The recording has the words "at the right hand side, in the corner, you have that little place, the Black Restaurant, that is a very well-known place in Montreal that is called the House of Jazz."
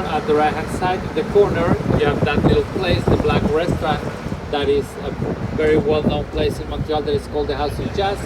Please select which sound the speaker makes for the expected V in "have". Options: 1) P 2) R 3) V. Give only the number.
3